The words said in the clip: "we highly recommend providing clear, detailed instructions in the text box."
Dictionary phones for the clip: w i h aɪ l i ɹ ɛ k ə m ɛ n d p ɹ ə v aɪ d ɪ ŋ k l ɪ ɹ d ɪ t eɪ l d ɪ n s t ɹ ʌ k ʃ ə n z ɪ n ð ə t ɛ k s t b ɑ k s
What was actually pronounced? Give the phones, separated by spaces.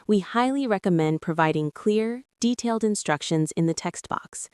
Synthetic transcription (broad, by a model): w i h aɪ l i ɹ ɛ k ə m ɛ n d p ɹ ə v aɪ d ɪ ŋ k l ɪ ɹ d ɪ t eɪ l d ɪ n s t ɹ ʌ k ʃ ə n z ɪ n ð ə t ɛ k s t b ɑ k s